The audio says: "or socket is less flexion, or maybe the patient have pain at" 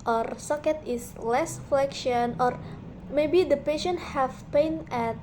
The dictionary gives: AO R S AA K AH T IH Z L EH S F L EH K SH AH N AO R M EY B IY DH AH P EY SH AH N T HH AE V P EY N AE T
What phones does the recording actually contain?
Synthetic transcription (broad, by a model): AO R S AA K AH T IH S L EH S F L EH K SH AH N AO R M EY B IY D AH P EY SH AH N T HH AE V P EY N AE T